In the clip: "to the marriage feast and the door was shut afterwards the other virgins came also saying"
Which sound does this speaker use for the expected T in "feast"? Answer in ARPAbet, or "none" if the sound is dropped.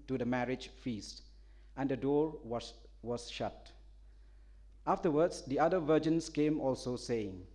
T